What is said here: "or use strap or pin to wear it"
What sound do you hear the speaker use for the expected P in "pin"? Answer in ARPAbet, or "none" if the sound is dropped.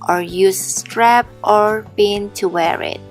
B